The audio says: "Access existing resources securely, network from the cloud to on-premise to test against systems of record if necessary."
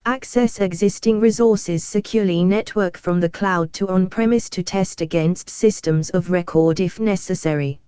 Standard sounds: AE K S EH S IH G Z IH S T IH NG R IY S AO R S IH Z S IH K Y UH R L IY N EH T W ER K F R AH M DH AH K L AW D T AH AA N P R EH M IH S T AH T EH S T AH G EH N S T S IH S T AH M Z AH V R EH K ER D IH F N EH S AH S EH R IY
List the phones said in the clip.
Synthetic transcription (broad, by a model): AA K S EH S IH G Z IH S T IH NG R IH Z AO S IH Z S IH K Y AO L IY N EH T W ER K F R AH M DH AH K L AW D T AH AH N P R EH M IH S T AH T EH S T AH G EH N S T S IH S T AH M Z AH V R EH K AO D IH F N EH S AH S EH R IY